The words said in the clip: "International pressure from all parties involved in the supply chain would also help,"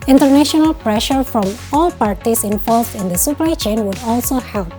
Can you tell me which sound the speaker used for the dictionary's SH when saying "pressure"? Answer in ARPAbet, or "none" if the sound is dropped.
SH